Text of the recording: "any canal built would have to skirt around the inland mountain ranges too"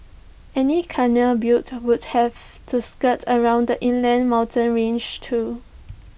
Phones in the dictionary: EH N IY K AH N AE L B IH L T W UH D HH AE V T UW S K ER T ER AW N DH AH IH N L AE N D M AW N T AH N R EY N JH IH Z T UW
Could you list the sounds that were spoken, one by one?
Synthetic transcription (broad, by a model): EH N IY K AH N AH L B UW T W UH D HH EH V T UW S K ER T ER AW N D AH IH N L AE N M AW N T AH N R EY N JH T UW